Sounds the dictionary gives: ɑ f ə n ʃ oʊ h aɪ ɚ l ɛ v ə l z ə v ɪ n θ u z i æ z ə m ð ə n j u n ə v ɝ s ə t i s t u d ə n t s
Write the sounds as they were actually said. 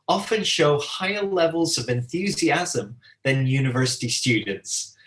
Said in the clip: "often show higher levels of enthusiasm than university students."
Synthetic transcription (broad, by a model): ɑ f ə n ʃ oʊ h aɪ ɚ l ɛ v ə l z ə v ɪ n θ u z i æ z ə m ð ə n j u n ə v ɝ s ə t i s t u d n t s